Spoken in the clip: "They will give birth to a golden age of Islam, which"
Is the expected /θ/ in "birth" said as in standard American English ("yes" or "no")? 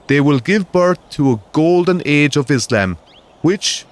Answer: yes